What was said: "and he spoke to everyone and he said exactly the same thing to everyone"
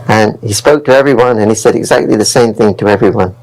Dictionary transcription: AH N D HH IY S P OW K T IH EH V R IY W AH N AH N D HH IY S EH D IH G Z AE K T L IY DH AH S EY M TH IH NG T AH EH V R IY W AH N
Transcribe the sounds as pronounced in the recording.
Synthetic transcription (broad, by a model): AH N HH IY S P OW K T IH EH V R IY W AH N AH N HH IY S EH D IH G Z AE K T L IY DH AH S EY M TH IH NG T AH EH V R IY W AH N